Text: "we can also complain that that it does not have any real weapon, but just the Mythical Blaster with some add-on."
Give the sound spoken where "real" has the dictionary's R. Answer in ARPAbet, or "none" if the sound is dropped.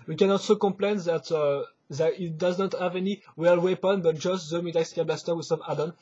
W